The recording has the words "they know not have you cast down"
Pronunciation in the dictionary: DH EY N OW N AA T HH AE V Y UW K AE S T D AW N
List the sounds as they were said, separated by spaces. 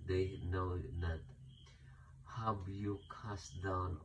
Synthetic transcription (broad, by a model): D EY N OW N AA T HH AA B Y UW K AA S D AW N